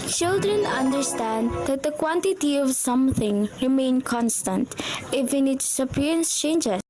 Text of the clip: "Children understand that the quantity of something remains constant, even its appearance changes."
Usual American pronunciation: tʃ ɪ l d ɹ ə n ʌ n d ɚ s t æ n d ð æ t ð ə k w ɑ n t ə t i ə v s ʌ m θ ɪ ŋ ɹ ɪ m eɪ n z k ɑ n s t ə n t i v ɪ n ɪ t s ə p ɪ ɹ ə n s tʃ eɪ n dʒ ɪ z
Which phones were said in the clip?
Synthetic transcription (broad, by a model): tʃ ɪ l d ɹ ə n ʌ n d ɚ s t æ n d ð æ t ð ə k w ɑ n t ə t i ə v s ʌ m θ ɪ ŋ ɹ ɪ m eɪ n k ɑ n s t ə n t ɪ f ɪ n ɪ t s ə p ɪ ɹ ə n s tʃ eɪ n dʒ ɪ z